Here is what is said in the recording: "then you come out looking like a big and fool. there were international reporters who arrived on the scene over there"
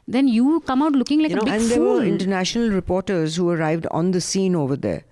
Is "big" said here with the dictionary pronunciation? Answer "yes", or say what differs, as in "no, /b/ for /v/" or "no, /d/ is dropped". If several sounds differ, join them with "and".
no, /ɡ/ is dropped